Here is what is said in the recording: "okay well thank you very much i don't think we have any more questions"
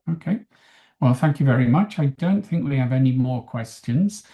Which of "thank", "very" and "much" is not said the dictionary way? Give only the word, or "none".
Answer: none